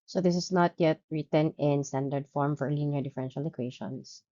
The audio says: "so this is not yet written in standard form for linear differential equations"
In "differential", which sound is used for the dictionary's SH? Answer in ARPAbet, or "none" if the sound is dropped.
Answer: SH